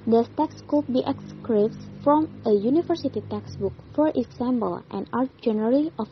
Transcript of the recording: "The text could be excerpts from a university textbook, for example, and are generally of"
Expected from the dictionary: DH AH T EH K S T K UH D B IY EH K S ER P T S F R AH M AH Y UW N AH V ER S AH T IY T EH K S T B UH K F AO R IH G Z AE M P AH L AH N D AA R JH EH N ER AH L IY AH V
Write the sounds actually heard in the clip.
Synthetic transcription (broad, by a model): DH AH T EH K S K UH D B IY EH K S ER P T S F R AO M AH Y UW N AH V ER S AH T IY T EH K S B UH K F AO R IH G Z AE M B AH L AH N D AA R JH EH N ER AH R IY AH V